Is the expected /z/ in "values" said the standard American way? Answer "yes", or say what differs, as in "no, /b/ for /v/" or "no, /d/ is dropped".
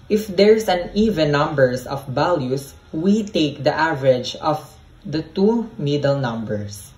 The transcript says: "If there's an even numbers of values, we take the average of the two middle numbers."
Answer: no, /s/ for /z/